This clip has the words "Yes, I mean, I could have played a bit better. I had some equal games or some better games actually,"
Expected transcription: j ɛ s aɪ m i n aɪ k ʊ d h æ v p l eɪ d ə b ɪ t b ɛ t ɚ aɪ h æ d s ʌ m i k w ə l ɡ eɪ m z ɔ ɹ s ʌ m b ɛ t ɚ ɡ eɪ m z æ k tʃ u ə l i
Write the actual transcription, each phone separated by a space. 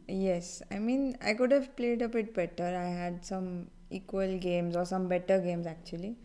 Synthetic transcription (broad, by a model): j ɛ s aɪ m i n aɪ k ʊ d h æ v p l eɪ d ə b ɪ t b ɛ t ɚ aɪ h æ d s ʌ m i k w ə l ɡ eɪ m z ɔ ɹ s ʌ m b ɛ t ɚ ɡ eɪ m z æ k tʃ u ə l i